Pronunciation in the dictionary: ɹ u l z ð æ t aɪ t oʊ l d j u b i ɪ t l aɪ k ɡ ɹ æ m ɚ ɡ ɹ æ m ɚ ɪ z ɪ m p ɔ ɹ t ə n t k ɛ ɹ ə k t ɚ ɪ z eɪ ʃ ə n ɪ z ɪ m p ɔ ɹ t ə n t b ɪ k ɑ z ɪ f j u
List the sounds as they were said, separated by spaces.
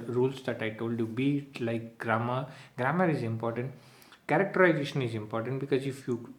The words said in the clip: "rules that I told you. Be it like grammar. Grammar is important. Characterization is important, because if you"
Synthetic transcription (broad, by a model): ɹ u l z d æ t aɪ t oʊ l d j u b i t l aɪ k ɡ ɹ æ m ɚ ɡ ɹ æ m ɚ ɪ z ɪ m p ɔ ɹ t ə n t k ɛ ɹ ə k t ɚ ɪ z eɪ ʃ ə n ɪ z ɪ m p ɔ ɹ t ə n t b ɪ k ɑ z ɪ f j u